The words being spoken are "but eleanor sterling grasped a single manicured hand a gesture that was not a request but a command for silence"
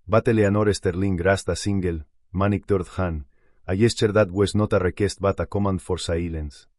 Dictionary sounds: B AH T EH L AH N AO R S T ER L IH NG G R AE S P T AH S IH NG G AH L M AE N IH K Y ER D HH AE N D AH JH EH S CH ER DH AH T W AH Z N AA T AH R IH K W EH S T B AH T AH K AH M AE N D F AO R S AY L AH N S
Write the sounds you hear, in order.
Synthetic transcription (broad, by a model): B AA T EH L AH N AO R S T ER L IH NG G R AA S T AH S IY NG G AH L M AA N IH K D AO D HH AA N AH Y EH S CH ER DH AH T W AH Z N AA T AH R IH K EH S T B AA T AH K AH M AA N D F AO R S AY L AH N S